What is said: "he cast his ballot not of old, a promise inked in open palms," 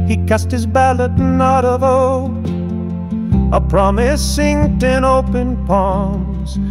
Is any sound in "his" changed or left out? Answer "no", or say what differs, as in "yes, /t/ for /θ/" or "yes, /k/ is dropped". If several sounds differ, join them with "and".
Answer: no